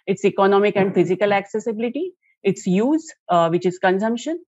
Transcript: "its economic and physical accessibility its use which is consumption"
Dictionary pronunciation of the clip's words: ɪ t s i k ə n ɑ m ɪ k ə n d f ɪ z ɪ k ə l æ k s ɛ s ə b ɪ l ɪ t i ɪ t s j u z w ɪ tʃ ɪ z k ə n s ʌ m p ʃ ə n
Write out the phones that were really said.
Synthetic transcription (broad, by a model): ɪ t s i k ə n ɑ m ɪ k ə n d f ɪ z ɪ k ə l æ k s ɛ s ə b ɪ l ɪ t i ɪ t s j u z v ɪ tʃ ɪ z k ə n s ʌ m p ʃ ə n